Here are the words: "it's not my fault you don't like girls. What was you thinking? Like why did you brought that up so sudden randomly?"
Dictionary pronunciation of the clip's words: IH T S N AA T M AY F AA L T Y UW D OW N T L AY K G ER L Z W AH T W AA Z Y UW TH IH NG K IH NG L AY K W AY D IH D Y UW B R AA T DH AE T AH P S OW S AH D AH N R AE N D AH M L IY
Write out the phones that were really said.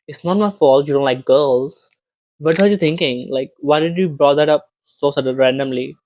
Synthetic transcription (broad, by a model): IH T S N AA T M AY F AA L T Y UW D OW N T L AY K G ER L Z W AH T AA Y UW T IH NG K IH NG L AY K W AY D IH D Y UW B R AA T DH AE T AH P S OW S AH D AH R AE N D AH M L IY